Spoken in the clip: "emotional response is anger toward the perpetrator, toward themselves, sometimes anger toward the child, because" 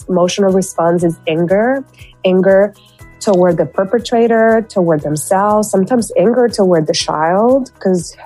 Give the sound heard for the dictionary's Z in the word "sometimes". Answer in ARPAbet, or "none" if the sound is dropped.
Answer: Z